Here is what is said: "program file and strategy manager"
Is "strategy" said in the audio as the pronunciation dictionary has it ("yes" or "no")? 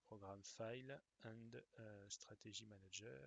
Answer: no